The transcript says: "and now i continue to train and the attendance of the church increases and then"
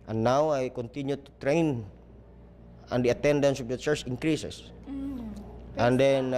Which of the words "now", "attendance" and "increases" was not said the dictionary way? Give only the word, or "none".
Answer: increases